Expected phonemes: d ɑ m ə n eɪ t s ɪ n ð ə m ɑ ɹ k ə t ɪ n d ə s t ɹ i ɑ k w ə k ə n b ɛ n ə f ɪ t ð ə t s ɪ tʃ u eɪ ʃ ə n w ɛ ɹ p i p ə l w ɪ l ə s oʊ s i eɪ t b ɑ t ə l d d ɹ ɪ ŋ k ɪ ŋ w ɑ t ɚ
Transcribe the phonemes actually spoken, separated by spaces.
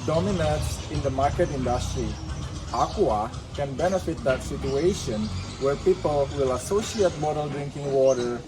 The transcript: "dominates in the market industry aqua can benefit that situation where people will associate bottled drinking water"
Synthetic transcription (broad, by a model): d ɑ m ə n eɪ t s ɪ n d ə m ɑ ɹ k ə t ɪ n d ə s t ɹ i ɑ k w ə k ə n b ɛ n ə f ɪ t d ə t s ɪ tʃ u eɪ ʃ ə n w ɛ ɹ p i p ə l w ɪ l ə s oʊ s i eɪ t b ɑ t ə l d d ɹ ɪ ŋ k ɪ ŋ w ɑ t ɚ